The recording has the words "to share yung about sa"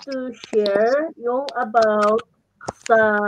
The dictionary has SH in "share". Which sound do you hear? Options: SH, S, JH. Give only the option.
SH